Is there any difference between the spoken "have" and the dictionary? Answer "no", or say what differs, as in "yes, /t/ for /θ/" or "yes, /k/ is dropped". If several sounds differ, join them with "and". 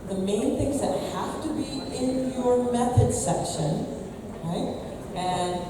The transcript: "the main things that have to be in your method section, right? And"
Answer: yes, /f/ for /v/